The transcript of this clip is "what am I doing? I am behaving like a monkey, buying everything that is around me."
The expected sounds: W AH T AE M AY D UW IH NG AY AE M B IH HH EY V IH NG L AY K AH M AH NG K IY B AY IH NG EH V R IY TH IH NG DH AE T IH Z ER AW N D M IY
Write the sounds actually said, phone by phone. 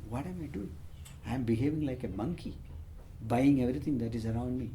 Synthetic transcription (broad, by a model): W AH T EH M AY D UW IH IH M B IH HH EY V IH NG L AY K AH M AH NG K IY B AY IH NG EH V R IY T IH NG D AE T IH Z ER AW N D M IY